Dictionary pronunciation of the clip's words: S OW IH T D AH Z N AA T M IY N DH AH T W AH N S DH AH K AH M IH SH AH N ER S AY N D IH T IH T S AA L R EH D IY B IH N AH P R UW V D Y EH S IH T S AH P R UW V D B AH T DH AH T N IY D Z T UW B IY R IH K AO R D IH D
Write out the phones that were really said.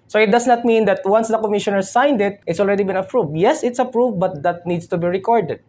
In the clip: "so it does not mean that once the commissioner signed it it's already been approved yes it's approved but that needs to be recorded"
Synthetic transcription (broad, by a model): S OW IH T D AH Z N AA T M IY N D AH T W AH N S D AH K AH M IH SH AH N ER S AY N D IH T IH T S AA L R EH D IY B IH N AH P R UW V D Y EH S IH T S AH P R UW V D B AH T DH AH T N IY D S T UW B IY R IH K AO R D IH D